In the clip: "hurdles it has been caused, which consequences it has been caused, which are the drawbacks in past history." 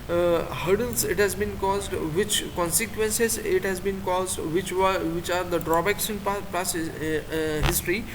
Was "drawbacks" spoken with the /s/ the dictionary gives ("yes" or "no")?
no